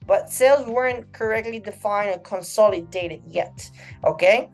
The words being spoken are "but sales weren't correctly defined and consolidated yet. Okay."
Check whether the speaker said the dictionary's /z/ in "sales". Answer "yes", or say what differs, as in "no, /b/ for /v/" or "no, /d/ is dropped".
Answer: yes